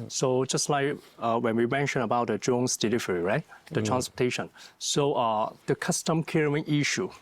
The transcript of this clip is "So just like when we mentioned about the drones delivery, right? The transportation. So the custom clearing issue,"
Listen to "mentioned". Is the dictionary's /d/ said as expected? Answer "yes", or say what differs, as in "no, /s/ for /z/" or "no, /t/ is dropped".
no, /d/ is dropped